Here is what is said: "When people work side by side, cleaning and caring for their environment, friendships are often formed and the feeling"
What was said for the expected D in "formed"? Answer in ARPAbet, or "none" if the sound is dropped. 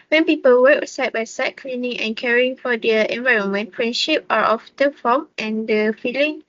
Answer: none